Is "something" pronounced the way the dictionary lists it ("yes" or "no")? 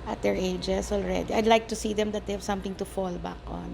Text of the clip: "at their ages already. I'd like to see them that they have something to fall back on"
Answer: no